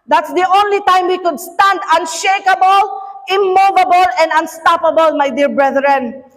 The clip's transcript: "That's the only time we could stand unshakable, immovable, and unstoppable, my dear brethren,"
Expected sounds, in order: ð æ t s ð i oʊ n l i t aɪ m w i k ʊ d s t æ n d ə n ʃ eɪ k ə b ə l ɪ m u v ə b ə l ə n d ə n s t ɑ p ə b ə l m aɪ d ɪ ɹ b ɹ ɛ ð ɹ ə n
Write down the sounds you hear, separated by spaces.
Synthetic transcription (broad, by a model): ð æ t s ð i oʊ n l i t aɪ m w i k ʊ d s t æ n d ə n ʃ eɪ k ə b ə l ɪ m u v ə b ə l ə n d ə n s t ɑ p ə b ə l m aɪ d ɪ ɹ b ɹ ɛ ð ɹ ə n